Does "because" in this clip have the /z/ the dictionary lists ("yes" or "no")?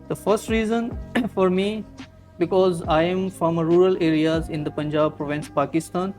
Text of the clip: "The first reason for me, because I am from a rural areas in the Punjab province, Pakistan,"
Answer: yes